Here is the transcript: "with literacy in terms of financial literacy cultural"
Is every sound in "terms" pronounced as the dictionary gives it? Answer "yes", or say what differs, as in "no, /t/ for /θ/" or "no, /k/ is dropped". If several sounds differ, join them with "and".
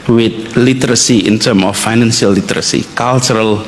no, /z/ is dropped